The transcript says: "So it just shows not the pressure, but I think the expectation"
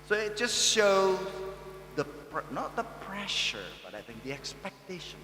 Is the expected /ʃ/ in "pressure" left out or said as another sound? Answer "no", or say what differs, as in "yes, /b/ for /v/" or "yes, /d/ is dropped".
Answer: no